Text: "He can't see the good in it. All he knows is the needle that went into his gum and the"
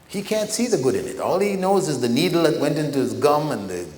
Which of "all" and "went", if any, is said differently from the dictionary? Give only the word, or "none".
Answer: none